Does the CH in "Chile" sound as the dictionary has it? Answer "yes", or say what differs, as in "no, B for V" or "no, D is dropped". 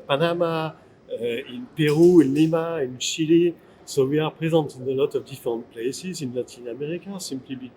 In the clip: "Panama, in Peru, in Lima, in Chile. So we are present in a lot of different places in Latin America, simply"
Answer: no, SH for CH